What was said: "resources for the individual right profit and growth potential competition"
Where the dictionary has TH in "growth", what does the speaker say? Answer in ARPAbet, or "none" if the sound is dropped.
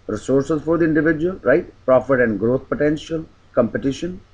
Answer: T